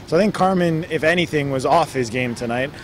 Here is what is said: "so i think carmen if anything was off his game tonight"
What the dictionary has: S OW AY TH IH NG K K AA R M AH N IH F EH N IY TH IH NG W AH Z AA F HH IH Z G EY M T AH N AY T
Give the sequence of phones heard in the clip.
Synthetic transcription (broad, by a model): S OW AY TH IH NG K K AA R M AH N IH F EH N IY TH IH NG W AH Z AA F HH IH Z G EY M T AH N AY T